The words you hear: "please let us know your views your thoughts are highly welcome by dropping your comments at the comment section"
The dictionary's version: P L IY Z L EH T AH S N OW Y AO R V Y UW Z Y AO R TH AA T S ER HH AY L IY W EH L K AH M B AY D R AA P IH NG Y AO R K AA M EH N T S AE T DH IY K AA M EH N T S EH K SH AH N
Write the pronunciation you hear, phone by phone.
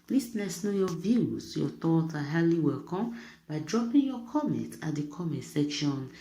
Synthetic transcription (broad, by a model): P L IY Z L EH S N OW Y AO V Y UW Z Y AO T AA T AA HH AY L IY W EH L K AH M B AY D R AA P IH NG Y AO K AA M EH N T AA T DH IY K AA M EH N T S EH K SH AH N